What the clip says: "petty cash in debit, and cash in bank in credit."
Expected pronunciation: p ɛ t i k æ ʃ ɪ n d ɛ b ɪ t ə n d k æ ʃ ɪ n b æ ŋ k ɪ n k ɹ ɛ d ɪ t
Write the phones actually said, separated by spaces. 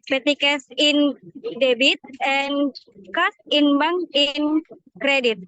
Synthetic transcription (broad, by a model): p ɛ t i k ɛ s ɪ n d ɛ b ɪ t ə n k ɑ s ɪ n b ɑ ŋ ɪ n k ɹ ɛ d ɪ t